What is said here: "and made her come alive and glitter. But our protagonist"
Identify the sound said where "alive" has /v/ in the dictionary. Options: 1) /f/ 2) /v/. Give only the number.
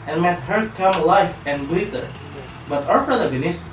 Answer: 1